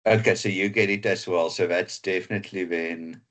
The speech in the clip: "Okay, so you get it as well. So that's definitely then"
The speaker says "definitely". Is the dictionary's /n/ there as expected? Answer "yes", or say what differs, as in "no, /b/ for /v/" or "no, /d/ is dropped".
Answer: yes